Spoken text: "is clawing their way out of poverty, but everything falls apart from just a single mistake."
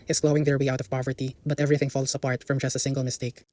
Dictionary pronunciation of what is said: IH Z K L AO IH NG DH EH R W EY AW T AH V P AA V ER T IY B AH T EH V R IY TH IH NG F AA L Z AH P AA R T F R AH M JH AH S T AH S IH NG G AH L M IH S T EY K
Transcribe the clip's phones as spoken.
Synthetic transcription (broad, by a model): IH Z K L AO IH NG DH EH R W EY AW T AH V P AA V ER T IY B AH T EH V R IY TH IH NG F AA L S AH P AA R T F R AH M JH AH S T AH S IH NG G AH L M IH S T EY K